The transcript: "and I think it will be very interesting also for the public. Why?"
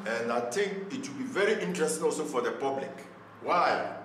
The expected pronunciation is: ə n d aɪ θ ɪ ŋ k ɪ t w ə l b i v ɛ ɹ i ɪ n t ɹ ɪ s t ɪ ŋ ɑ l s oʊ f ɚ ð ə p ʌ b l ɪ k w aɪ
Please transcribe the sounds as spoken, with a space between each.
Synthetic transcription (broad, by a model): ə n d aɪ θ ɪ ŋ k ɪ t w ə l b i v ɛ ɹ i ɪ n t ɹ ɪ s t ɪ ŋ ɑ l s oʊ f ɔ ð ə p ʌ b l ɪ k w aɪ